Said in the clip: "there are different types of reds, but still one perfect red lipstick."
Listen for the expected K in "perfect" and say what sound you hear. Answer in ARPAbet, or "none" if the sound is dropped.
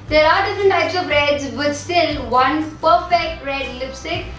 K